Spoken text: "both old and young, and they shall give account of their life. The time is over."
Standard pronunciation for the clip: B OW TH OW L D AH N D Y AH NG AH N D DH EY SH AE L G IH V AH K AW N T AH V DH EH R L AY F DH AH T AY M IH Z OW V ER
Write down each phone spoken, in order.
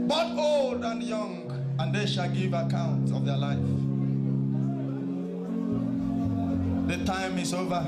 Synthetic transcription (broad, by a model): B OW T OW L D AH N Y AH NG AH N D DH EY SH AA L G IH V AH K AW N T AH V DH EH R L AY F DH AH T AY M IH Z OW V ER